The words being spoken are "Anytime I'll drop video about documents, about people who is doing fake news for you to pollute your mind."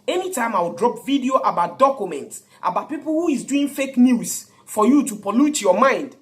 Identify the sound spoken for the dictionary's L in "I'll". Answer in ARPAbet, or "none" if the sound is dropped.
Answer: W